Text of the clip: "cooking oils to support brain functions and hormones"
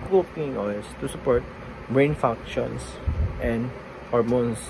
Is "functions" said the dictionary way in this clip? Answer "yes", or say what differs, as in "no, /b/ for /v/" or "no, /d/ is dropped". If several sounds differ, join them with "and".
no, /s/ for /z/